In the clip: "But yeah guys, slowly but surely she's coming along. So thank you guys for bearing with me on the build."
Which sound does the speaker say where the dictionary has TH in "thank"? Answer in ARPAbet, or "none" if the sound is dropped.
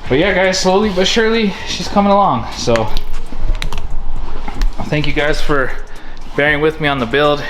TH